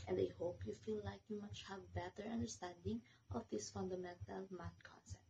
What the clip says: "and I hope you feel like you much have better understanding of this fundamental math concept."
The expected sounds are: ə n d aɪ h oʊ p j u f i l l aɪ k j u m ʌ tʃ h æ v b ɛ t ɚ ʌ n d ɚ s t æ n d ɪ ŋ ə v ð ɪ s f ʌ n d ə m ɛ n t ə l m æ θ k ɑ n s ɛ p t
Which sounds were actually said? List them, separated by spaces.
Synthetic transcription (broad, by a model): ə n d aɪ h oʊ p j u f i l l aɪ k j u m ʌ tʃ h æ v b ɛ t ɚ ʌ n d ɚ s t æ n d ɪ ŋ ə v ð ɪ s f ʌ n d ə m ɛ n t ə l m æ t k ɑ n s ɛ p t